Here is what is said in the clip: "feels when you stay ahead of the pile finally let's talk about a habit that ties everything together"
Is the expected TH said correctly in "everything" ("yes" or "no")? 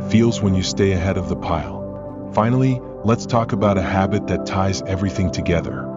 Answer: yes